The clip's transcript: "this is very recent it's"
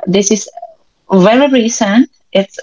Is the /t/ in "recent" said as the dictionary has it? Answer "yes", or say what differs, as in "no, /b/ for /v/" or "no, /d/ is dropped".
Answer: yes